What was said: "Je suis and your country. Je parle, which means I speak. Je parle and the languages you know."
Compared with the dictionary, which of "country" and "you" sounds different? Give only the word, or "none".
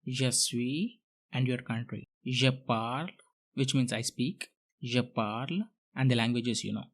none